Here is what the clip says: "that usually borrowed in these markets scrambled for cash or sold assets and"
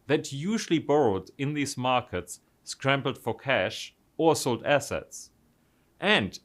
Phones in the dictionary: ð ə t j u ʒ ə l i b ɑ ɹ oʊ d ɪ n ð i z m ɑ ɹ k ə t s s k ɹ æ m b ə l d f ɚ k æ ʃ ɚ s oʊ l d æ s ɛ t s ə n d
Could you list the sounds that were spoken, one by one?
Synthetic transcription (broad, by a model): ð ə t j u ʒ ə l i b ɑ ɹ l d ɪ n ð i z m ɑ ɹ k ə t s s k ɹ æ m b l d f ɚ k æ ʃ ɚ s oʊ l d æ s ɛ t s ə n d